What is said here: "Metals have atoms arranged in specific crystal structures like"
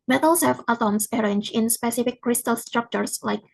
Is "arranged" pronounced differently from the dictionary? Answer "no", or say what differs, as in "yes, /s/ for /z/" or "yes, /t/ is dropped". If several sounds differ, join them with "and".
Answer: yes, /d/ is dropped